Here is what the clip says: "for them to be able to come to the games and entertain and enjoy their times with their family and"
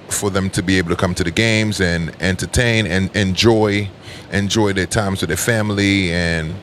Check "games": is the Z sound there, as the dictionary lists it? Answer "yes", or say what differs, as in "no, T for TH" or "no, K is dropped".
yes